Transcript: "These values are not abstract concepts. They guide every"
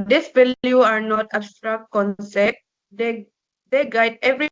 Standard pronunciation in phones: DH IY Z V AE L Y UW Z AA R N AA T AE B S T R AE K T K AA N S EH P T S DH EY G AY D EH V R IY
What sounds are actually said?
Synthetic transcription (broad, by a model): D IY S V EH L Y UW AA R N AA T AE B S T R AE K T K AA N S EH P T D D EY G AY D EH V R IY